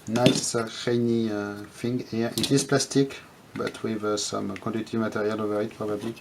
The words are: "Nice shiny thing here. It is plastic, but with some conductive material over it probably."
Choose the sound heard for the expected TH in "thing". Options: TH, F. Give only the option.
F